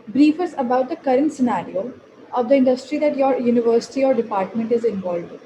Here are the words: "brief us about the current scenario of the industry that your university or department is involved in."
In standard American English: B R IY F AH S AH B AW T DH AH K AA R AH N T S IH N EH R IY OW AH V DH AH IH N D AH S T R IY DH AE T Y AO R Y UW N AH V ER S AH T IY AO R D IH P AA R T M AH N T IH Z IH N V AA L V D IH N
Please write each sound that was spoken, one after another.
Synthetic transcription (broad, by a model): B R IY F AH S AH B AW T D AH K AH R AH N T S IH N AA R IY OW AH V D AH IH N D AH S T R IY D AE T Y AO R Y UW N AH V ER S AH T IY AO R D IH P AA R T M AH N T IH Z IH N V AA L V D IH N